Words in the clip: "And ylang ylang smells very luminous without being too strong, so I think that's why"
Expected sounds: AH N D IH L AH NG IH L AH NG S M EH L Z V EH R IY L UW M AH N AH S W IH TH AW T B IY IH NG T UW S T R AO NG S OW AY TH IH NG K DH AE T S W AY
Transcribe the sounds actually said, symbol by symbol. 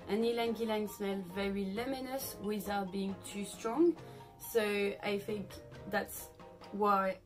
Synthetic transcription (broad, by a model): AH N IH L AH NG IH L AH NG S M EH L V EH R IY L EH M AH N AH S W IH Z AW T B IY IH NG T UW S T R AO NG S OW AY TH IH NG K DH AE T S W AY